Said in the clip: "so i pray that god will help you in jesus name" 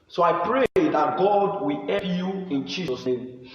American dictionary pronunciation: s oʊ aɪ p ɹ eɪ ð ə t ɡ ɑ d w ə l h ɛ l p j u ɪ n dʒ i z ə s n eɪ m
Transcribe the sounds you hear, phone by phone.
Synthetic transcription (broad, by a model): s oʊ aɪ p ɹ eɪ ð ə t ɡ ɑ d w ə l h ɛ p j u ɪ n dʒ i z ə s n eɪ m